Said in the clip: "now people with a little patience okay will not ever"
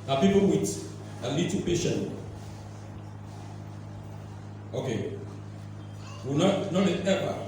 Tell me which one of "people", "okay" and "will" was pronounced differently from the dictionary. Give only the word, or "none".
will